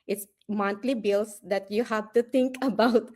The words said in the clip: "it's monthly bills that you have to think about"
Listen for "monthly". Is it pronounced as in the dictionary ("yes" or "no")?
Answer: no